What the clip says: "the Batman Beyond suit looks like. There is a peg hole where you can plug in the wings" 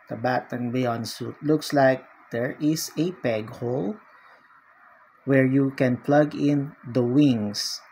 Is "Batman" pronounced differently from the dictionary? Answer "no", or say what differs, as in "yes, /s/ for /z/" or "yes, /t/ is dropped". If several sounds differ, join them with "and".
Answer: yes, /m/ is dropped